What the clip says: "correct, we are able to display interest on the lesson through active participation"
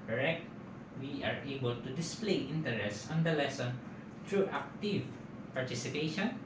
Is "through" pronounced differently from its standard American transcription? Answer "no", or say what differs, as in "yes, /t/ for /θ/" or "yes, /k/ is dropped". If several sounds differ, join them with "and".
yes, /t/ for /θ/